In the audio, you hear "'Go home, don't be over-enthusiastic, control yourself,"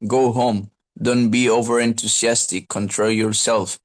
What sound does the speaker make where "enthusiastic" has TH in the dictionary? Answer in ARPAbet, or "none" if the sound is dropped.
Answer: T